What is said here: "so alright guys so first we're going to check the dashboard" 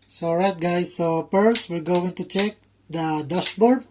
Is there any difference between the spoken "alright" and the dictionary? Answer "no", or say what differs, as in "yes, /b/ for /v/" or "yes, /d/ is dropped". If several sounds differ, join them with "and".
yes, /l/ is dropped